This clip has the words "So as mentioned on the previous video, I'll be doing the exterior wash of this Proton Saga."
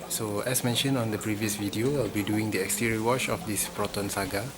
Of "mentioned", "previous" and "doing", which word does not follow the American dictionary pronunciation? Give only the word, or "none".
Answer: mentioned